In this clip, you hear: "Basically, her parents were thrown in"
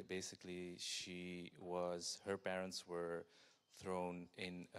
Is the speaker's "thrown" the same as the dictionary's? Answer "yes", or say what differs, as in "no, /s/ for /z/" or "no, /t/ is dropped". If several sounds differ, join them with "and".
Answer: yes